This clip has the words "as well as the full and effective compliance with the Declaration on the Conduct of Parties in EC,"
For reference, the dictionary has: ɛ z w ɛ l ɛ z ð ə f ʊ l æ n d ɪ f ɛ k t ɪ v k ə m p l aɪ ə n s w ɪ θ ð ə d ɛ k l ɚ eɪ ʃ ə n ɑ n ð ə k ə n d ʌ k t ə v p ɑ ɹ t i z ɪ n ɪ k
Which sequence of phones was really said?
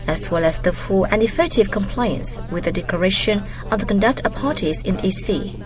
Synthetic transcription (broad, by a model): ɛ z w ɛ l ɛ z ð ə f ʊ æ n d ɪ f ɛ k t ɪ v k ə m p l aɪ ə n s w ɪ ð ə d ɛ k l ɚ eɪ ʃ ə n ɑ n ð ə k ə n d ʌ k t ə v p ɑ ɹ t i z ɪ n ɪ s